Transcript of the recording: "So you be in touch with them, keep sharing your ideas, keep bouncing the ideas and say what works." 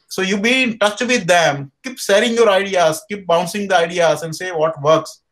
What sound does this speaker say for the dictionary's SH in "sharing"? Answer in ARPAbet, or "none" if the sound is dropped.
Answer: S